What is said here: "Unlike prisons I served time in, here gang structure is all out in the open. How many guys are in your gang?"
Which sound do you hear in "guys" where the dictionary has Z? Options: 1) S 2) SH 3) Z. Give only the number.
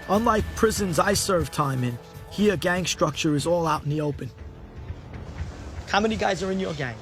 3